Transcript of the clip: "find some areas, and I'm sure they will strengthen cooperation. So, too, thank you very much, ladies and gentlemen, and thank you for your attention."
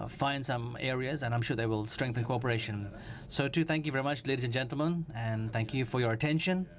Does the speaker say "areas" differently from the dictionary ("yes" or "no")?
no